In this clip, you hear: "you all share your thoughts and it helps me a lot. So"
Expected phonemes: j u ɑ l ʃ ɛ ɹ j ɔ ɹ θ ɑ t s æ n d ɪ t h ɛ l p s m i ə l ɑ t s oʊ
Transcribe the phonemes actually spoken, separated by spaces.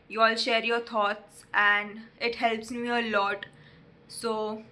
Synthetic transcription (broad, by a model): j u ɑ l ʃ ɛ ɹ j ɔ ɹ t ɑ t s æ n d ɪ t h ɛ l p s m i ə l ɑ t s oʊ